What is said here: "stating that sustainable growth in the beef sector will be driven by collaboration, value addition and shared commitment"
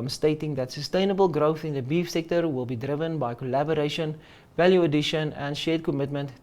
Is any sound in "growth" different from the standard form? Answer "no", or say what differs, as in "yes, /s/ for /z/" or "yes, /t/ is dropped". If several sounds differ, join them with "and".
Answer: no